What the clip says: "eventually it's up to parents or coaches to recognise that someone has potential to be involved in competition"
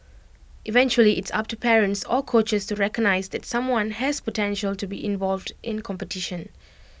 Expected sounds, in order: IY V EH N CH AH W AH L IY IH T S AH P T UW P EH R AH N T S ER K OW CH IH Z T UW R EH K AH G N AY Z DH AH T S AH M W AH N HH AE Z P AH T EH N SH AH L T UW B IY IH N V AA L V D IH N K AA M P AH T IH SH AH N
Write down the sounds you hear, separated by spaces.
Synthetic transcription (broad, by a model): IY V EH N CH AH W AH L IY IH T S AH P T UW P EH R AH N T S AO K OW CH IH S T UW R EH K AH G N AY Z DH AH T S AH M W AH N HH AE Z P AH T EH N SH AH L T UW B IY IH N V AA L V D IH N K AA M P AH T IH SH AH N